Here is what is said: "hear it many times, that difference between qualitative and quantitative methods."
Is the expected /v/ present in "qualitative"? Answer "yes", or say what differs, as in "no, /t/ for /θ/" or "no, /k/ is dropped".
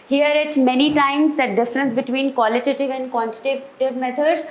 yes